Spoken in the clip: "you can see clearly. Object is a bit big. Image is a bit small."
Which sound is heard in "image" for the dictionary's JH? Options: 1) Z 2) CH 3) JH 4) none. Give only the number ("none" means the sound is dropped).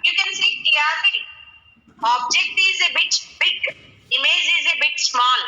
1